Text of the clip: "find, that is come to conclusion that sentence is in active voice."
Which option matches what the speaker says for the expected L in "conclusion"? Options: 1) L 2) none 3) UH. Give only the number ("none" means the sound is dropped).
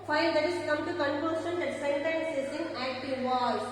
2